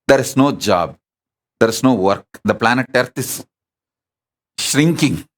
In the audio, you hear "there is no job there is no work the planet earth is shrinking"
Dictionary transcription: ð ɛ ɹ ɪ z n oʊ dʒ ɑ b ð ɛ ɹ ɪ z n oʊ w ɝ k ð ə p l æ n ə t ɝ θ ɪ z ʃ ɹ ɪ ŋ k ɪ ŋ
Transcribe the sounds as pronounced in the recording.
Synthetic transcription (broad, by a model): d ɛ ɹ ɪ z n oʊ dʒ ɑ b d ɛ ɹ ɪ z n oʊ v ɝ k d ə p l æ n ə t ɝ t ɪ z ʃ ɹ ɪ ŋ k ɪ ŋ